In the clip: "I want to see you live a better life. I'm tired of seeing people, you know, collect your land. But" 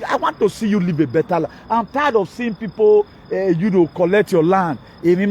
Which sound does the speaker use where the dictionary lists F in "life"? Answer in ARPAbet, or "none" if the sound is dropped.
none